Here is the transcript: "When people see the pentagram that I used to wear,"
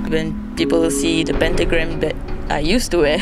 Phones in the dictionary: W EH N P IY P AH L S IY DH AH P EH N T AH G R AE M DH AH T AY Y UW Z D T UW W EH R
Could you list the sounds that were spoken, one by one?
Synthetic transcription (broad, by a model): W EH N P IY P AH L S IY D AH P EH N T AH G R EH M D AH T AY Y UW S T UW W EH